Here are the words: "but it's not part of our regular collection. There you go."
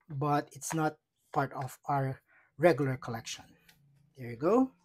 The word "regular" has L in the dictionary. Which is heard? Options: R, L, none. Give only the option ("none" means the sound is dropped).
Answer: L